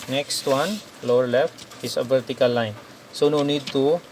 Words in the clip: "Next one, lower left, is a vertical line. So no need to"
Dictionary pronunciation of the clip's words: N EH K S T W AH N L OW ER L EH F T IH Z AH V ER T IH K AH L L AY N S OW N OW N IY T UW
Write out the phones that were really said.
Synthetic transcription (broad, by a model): N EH K S T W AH N L OW ER L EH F T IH S AH B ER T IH K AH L L AY N S OW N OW N IY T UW